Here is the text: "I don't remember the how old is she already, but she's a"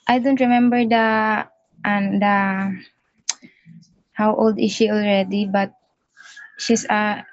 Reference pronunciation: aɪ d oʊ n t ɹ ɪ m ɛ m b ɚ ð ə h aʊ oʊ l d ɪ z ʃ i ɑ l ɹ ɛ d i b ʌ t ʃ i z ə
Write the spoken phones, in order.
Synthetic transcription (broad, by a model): aɪ d oʊ n t ɹ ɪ m ɛ m b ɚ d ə h aʊ oʊ l d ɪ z ʃ i ɑ l ɹ ɛ d i b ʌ t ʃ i s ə